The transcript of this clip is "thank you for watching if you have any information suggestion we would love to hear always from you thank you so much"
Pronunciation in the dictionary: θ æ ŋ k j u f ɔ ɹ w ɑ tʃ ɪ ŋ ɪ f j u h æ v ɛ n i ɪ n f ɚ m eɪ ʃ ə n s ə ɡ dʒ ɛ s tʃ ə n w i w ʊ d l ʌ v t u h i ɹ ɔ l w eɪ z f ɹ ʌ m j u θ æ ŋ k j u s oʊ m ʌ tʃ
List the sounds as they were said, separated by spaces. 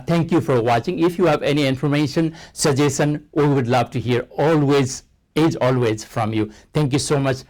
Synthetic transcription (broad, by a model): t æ ŋ k j u f ɔ ɹ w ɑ tʃ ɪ ŋ ɪ f j u h æ v ɛ n i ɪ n f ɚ m eɪ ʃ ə n s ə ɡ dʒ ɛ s ə n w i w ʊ d l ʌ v t u h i ɹ ɔ l w eɪ z f ɹ ʌ m j u t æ ŋ k j u s oʊ m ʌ tʃ